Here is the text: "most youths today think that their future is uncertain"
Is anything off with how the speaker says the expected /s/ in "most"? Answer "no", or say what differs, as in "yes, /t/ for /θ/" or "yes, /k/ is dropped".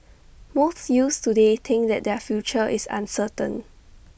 yes, /θ/ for /s/